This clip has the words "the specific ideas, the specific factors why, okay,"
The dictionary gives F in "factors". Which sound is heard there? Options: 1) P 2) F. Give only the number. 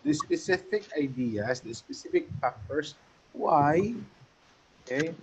1